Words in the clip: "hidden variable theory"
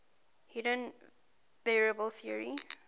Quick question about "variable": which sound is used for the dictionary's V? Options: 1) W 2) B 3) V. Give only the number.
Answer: 2